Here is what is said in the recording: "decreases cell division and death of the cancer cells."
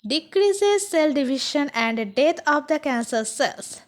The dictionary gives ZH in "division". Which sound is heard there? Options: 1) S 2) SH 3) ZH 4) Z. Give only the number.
2